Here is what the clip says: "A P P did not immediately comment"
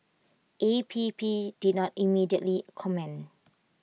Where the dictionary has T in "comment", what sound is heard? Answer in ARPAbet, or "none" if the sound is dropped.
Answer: none